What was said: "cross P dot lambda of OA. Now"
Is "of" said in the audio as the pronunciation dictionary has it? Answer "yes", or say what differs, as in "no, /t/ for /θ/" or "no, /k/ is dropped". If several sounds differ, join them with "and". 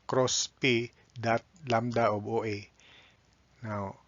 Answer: no, /b/ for /v/